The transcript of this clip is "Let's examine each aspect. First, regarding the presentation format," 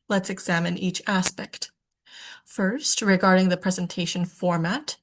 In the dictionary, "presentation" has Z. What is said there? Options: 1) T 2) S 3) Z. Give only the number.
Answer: 3